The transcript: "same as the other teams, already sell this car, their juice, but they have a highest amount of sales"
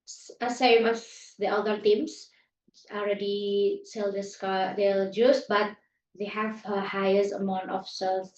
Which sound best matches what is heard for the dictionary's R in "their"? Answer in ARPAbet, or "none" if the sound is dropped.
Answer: L